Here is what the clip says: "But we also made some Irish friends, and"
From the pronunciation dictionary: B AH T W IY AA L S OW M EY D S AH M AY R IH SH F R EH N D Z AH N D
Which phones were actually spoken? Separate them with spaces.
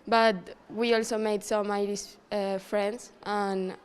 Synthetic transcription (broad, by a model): B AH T W IY AA L S OW M EY D S AH M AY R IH S F R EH N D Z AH N